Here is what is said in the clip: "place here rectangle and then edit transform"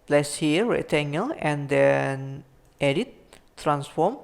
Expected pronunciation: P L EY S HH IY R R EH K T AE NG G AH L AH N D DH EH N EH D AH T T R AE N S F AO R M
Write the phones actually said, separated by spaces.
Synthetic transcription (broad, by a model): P L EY S HH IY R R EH T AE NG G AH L AH N D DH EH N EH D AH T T R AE N S F AO M